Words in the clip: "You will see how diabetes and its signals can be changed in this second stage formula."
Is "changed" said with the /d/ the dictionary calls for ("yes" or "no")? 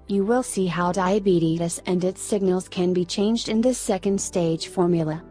yes